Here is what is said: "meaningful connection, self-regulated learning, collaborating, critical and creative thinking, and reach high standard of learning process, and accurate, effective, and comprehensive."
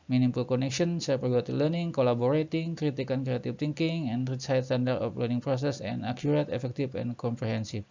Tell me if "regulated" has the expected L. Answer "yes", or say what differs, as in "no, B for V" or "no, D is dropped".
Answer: no, L is dropped